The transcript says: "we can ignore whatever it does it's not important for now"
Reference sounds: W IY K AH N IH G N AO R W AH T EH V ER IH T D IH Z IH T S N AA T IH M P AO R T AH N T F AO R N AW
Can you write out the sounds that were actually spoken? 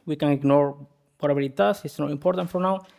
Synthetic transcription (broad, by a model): W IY K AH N IH G N AO R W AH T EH B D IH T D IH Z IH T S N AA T IH M P AO R T AH N T F AO R N AW